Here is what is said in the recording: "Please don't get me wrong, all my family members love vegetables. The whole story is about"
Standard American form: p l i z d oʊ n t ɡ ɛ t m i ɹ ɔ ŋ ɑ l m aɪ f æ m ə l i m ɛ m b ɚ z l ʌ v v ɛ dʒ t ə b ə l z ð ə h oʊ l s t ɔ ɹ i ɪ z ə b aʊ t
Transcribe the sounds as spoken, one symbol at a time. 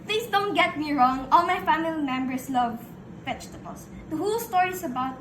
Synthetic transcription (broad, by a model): p l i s d oʊ n t ɡ ɛ t m i ɹ ɔ ŋ ɑ l m aɪ f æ m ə l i m ɛ m b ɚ s l ʌ v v ɛ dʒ t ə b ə l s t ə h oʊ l s t ɔ ɹ i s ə b aʊ t